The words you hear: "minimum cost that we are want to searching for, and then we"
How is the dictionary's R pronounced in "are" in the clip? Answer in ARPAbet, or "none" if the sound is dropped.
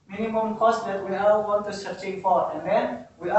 L